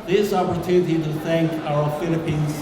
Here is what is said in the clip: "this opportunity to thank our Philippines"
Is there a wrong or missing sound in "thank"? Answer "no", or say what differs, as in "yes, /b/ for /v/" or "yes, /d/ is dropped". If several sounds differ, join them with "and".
no